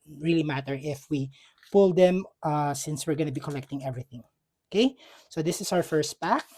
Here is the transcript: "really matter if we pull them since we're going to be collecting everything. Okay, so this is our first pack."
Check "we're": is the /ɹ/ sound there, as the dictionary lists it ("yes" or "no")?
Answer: yes